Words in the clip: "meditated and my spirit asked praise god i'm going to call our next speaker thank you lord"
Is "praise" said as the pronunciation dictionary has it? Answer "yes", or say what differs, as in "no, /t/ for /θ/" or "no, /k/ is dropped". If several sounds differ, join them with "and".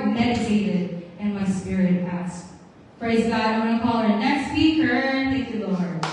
yes